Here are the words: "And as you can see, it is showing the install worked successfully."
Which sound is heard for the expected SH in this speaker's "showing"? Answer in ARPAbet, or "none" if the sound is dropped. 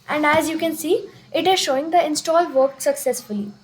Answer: SH